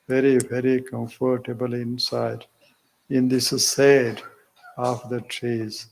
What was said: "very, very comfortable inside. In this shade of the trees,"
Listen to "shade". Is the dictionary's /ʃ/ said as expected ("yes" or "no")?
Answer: no